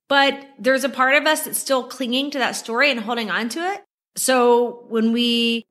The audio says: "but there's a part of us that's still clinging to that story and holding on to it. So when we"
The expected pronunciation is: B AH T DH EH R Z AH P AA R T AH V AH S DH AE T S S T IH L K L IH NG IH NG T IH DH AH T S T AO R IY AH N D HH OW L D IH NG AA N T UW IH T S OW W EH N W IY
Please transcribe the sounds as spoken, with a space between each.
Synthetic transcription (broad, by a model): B AH T DH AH R Z AH P AA R T AH V AH S DH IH T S S T IH L K L IH NG IH NG T IH DH AH T S T AO R IY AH N HH OW L D IH NG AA N T UW IH T S OW W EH N W IY